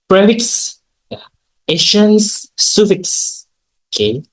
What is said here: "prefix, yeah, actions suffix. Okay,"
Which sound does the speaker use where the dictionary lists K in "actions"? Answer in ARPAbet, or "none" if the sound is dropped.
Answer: none